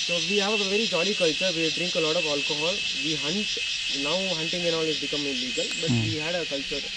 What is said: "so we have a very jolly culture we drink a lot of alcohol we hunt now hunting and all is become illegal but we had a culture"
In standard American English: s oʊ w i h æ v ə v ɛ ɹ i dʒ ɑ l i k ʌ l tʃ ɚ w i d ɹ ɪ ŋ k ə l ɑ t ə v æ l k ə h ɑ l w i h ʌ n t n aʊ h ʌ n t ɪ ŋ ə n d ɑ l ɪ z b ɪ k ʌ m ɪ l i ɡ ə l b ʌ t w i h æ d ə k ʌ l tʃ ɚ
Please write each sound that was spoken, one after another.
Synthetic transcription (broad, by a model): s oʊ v i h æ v ə v ɛ ɹ i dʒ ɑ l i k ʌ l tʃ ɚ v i d ɹ ɪ ŋ k ə l ɑ t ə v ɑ l k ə h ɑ l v i h ʌ n t n aʊ h ʌ n t ɪ ŋ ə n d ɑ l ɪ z b ɪ k ʌ m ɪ l i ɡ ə l b ʌ t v i h æ d ə k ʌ l tʃ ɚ